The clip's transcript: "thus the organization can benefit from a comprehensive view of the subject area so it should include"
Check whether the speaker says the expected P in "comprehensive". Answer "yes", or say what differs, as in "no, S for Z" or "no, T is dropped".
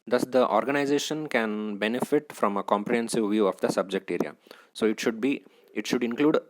yes